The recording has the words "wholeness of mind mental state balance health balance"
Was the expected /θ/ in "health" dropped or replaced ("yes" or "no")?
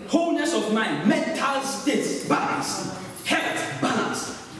yes